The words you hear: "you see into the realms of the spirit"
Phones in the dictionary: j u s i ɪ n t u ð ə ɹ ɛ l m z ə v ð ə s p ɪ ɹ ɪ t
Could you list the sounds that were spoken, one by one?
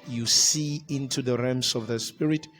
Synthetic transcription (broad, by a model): j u s i ɪ n t u ð ə ɹ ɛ m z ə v ð ə s p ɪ ɹ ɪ t